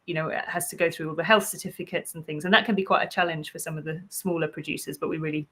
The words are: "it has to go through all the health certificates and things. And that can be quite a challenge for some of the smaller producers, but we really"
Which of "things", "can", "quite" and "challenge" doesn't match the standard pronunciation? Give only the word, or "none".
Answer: challenge